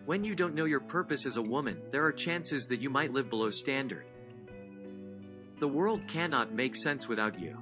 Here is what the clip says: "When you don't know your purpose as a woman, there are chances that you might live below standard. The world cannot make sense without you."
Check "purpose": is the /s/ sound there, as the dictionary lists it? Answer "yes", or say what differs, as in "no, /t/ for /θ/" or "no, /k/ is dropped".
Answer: yes